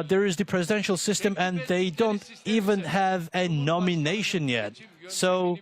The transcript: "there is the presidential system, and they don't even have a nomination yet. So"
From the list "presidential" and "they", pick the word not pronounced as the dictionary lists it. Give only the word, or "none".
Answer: none